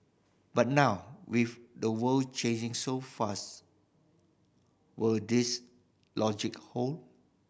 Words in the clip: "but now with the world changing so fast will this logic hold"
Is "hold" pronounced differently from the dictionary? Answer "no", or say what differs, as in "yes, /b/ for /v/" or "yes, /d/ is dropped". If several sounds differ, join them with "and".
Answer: yes, /d/ is dropped